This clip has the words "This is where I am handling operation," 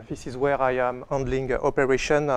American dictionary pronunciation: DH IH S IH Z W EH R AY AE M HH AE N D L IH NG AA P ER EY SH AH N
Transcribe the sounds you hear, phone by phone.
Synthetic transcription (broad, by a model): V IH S IH Z W EH R AY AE M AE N D L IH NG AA P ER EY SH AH N